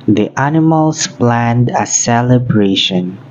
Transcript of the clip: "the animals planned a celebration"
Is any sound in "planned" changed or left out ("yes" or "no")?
no